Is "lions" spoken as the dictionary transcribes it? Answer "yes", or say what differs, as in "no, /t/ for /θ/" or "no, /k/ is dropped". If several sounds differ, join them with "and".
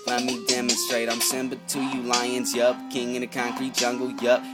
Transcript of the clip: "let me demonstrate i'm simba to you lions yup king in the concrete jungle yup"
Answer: yes